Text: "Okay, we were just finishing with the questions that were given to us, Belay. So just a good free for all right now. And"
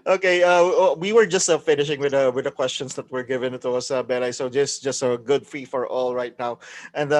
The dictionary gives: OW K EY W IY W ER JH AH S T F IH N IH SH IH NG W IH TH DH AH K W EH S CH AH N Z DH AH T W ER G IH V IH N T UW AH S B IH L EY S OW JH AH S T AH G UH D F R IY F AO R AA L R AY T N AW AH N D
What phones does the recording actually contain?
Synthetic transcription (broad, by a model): OW K EY W IY W ER JH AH S T F IH N IH SH IH NG W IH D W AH K W EH S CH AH N S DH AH T W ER G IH V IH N T UW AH S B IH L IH S OW JH AH S T AH G UH D F R IY F AO R AA L R AY T N AW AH N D